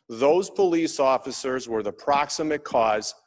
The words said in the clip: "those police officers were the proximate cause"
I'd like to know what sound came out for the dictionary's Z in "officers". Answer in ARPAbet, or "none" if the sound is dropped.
Z